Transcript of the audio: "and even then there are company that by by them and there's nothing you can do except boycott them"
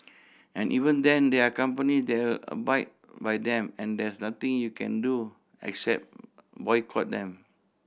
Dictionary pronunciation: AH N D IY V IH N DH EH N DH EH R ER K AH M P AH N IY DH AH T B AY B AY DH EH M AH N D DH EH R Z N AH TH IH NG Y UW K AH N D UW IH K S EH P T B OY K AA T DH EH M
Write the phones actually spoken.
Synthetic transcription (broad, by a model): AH N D IY V IH N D EH N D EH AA K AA M P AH N IY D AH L B AY B AY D EH M AH N D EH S N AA T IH NG Y UW K AH N D UW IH K S EH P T B OY K AA T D EH M